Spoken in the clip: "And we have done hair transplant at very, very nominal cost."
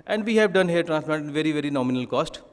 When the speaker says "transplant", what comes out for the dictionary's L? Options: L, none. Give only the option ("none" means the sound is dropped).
none